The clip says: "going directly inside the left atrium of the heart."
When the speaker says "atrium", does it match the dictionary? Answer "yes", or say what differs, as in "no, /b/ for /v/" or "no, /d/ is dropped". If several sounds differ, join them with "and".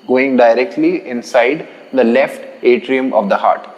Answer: yes